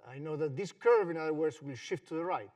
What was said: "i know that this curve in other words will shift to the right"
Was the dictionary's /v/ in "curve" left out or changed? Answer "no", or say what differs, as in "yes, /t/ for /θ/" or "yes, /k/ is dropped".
no